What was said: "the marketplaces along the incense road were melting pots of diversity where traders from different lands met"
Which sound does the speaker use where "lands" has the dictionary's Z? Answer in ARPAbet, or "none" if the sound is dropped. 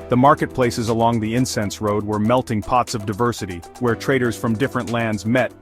Z